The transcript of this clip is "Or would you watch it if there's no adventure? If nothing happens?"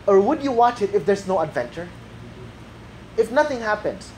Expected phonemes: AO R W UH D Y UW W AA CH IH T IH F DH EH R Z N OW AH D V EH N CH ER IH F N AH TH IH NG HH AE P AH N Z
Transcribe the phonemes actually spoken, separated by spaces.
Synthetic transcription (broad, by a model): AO R W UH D Y UW W AA CH IH T IH F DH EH R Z N OW AH D V EH N CH ER IH F N AH TH IH NG HH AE P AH N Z